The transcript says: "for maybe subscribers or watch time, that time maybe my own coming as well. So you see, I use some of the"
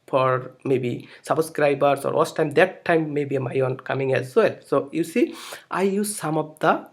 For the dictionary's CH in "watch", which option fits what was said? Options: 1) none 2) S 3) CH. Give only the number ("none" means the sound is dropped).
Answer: 2